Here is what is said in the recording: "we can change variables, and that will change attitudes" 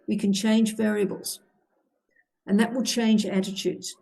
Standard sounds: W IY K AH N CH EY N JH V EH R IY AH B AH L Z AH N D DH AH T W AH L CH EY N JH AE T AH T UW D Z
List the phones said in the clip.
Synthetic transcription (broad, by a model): W IY K AH N CH EY N JH V EH R IY AH B AH L Z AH N DH AH T W AH L CH EY N JH AE T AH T UW D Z